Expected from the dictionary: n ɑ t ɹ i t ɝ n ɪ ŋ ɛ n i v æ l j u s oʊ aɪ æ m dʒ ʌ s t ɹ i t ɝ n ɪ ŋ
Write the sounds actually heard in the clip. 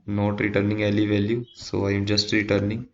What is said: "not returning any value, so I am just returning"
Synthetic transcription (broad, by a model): n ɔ t ɹ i t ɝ n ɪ ŋ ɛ l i v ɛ l j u s oʊ aɪ m dʒ ʌ s t ɹ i t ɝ n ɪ ŋ